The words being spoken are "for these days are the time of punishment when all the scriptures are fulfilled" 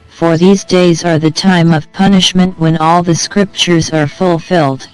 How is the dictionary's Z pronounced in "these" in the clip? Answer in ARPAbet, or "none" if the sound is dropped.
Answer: Z